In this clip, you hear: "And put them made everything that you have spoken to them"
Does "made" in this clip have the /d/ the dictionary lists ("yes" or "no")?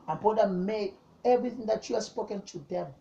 no